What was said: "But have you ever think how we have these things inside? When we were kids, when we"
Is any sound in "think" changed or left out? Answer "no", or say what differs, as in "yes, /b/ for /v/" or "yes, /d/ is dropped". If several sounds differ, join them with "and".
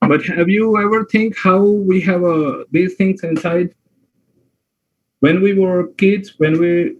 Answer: yes, /t/ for /θ/